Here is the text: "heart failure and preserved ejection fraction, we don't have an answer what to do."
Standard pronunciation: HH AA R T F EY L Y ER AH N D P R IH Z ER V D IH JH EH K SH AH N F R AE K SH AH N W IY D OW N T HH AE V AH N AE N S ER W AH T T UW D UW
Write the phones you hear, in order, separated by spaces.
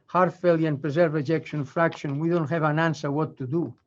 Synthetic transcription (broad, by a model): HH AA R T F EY L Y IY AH N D P R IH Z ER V IH JH EH K SH AH N F R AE K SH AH N W IY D OW N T HH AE V AH N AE N S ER W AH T T UW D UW